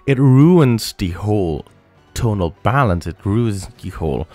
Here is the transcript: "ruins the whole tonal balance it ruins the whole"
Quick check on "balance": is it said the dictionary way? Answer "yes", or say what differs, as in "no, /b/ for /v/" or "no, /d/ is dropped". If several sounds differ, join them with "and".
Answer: yes